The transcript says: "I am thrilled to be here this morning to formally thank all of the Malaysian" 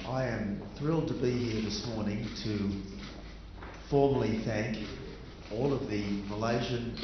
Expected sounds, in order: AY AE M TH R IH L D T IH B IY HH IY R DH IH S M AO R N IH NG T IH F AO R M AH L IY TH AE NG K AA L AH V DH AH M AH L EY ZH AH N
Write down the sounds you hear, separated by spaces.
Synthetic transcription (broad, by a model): AY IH M TH R IH L D T IH B IY HH IY R DH IH S M AO R N IH NG T IH F AO R M AH L IY TH AE NG K AA L AH V DH AH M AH L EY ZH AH N